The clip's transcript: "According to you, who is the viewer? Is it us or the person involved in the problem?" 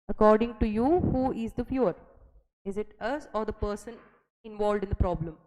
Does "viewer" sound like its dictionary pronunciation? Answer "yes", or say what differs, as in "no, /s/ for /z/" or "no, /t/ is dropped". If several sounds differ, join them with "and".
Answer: no, /f/ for /v/